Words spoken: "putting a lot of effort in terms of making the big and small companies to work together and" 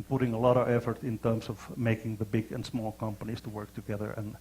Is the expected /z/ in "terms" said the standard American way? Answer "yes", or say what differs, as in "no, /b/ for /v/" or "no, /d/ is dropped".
no, /s/ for /z/